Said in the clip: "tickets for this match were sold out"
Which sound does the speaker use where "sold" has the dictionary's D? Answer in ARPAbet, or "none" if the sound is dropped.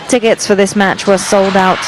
D